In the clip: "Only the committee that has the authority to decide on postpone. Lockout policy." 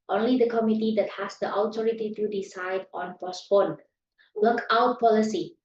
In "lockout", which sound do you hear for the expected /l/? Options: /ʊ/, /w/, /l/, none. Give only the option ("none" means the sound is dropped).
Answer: /w/